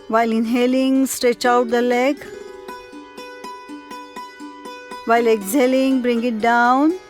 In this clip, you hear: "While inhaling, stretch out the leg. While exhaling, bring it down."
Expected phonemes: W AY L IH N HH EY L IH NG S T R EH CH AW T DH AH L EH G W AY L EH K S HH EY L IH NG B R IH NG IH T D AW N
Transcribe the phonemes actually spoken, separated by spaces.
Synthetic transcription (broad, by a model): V AY L IH N HH EY L IH NG S T R EH CH AW T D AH L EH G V AY L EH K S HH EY L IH NG B R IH NG IH T D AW N